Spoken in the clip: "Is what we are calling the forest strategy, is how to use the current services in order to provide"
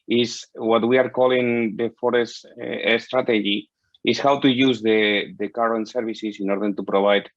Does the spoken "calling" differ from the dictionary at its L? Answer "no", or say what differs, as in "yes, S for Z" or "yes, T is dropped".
no